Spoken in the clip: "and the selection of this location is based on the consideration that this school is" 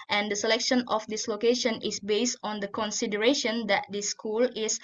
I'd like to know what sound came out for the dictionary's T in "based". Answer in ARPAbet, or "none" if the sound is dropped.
T